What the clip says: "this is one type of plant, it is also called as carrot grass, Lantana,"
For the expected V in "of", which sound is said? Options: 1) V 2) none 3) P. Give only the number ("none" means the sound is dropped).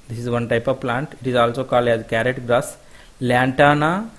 1